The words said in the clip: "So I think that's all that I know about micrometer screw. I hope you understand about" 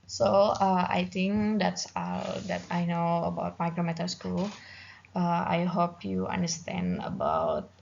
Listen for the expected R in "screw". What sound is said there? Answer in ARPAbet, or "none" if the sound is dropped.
L